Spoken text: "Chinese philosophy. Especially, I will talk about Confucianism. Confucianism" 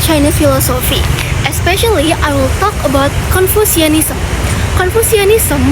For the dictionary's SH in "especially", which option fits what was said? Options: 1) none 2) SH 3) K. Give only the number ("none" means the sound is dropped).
2